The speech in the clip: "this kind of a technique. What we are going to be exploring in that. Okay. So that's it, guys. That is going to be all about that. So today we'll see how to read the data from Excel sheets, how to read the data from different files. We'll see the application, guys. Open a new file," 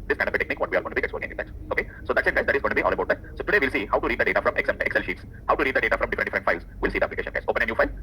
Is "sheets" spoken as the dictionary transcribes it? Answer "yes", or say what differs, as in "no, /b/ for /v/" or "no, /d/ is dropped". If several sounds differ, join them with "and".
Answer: yes